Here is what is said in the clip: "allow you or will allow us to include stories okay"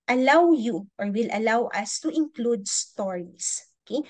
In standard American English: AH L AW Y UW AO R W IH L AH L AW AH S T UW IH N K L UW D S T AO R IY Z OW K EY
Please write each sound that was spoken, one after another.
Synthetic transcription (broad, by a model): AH L AW Y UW AO R W IH L AH L AW AH S T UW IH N K L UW D S T AO R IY S OW K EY